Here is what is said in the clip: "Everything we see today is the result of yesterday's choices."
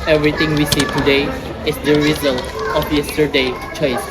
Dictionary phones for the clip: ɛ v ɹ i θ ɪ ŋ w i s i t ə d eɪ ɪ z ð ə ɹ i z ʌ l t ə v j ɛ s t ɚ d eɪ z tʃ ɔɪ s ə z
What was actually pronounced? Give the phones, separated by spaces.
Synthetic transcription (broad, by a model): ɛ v ɹ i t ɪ ŋ w i s i t ə d eɪ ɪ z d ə ɹ i z ʌ l t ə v j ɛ s t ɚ d eɪ tʃ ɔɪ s